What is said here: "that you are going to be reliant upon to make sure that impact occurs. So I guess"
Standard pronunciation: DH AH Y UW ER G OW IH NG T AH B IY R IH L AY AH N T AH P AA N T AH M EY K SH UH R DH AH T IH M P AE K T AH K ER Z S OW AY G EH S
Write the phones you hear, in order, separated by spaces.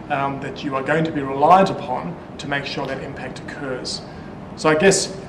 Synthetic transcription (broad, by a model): DH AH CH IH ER G OW IH NG T AH B IY R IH L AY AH T AH P AA N T AH M EY K SH UH R DH AH T IH M P AE K T AH K ER Z S OW AY G EH S